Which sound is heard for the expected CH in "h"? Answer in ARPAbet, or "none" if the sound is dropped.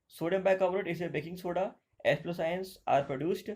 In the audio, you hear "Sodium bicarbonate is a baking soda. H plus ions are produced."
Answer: S